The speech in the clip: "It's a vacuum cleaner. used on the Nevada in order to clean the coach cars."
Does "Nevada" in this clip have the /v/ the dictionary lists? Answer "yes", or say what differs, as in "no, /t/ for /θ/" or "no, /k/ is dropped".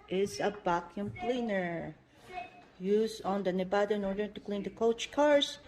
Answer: no, /b/ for /v/